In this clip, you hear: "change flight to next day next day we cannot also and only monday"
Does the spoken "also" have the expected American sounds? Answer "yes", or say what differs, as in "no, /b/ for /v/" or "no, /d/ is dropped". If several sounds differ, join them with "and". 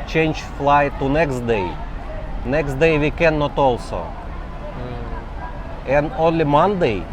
yes